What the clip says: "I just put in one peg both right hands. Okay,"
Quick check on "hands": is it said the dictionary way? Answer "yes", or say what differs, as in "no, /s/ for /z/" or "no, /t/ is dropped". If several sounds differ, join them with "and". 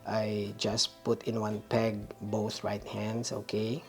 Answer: no, /s/ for /z/